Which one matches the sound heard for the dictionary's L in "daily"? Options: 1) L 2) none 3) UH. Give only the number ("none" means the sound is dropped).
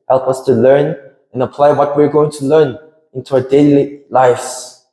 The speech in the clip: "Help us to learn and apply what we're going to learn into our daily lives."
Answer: 1